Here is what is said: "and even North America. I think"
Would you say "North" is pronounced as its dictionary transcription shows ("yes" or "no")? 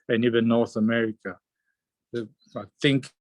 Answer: yes